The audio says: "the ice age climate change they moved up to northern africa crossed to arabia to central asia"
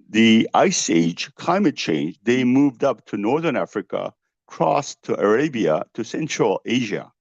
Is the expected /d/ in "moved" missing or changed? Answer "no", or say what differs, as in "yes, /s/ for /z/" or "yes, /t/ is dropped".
no